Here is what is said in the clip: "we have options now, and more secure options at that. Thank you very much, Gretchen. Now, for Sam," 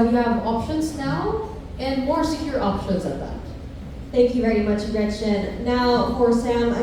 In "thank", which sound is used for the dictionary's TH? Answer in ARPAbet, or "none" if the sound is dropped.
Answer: TH